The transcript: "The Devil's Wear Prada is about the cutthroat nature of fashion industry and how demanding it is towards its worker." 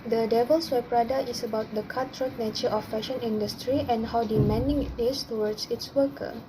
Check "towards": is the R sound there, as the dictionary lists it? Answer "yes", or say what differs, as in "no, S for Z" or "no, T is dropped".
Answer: no, W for R